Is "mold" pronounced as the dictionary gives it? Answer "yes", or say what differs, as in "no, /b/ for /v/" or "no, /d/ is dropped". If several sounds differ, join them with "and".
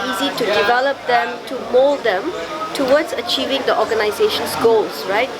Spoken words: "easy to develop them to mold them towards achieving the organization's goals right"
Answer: yes